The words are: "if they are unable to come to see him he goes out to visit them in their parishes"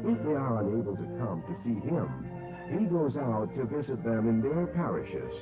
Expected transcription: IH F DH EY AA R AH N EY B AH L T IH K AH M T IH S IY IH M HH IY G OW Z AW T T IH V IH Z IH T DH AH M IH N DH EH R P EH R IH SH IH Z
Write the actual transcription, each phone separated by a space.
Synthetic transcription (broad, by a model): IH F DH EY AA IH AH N EY B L T IH K AH M T IH S IY IH M HH IY G OW Z AW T T IH V IH Z IH T DH AH M IH N DH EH R P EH R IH SH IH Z